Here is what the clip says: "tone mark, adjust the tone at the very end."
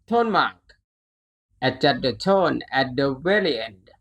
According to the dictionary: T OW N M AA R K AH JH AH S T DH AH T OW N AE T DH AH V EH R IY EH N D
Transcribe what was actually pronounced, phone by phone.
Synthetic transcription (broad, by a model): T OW N M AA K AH CH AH T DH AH T OW N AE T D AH W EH L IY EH N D